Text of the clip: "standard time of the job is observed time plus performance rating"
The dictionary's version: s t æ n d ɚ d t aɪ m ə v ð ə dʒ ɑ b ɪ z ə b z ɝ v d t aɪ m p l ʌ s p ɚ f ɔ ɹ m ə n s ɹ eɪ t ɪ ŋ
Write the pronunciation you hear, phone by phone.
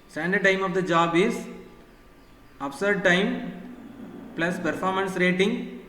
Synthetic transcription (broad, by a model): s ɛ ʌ n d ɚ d t aɪ m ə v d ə dʒ ɑ b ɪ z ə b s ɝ d t aɪ m p l ʌ s p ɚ f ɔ ɹ m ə n s ɹ eɪ t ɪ ŋ